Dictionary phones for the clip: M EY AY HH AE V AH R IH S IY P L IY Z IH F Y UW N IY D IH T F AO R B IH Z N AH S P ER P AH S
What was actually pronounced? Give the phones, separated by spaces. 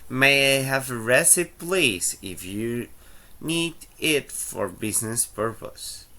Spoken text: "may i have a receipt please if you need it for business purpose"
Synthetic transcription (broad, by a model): M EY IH HH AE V AH R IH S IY P L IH S IH F Y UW N IY D IH T F AO R B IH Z N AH S P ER P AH S